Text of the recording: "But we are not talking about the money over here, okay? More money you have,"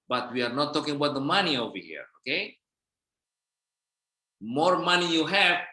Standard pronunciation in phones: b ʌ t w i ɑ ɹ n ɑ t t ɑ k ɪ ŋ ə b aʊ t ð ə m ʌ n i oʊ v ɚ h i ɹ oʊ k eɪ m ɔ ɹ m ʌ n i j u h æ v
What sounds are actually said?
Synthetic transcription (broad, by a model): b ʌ t w i ɑ ɹ n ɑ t t ɑ k ɪ ŋ ə b aʊ t ð ə m ʌ n i oʊ v ɚ h i ɹ oʊ k eɪ m ɔ ɹ m ʌ n i j u h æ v